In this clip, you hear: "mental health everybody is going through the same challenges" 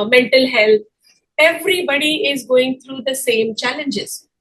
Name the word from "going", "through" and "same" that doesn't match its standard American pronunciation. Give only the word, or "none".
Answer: through